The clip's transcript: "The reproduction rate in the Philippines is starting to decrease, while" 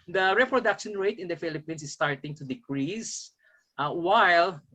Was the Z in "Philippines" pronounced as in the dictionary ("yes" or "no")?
no